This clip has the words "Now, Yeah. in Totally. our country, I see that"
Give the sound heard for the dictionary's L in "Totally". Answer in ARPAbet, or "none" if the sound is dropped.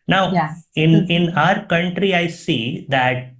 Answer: none